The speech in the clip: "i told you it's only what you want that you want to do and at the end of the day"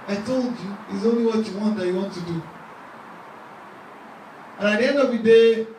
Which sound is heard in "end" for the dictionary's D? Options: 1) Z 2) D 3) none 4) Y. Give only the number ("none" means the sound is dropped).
3